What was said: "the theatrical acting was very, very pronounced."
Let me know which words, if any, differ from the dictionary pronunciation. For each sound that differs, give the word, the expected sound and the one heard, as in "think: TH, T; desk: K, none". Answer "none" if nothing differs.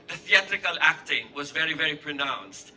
none